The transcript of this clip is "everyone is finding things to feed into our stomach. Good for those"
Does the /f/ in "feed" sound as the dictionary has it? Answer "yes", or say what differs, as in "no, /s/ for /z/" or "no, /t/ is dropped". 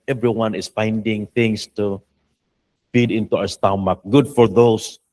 yes